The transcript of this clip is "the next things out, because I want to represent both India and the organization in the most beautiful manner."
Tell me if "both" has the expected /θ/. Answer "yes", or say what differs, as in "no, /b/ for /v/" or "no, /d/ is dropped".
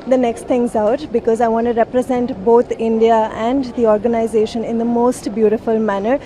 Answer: no, /t/ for /θ/